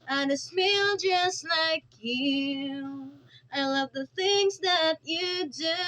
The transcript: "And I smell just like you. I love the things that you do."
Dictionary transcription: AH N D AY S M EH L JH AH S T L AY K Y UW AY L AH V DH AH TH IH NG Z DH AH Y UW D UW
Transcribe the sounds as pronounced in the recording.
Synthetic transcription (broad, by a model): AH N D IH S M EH L JH AH S T L AY K Y UW AY L AH V DH AH TH IH NG Z DH AH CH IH D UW